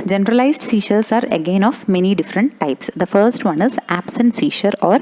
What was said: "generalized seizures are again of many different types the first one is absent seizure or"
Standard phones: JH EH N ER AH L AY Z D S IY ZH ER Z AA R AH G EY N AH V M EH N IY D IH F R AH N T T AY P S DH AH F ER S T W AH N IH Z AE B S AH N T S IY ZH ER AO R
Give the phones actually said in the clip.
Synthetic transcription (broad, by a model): JH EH N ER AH L AY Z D S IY SH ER S AA R AH G EY N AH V M EH N IY D IH F R AH N T T AY P S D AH F ER S T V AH N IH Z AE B S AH N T S IY SH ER AO R